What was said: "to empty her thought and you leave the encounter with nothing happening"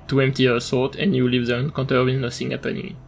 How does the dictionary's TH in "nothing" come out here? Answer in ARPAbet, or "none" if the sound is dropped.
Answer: S